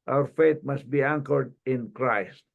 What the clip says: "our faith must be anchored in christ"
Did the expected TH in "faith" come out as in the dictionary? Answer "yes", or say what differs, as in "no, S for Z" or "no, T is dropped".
no, T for TH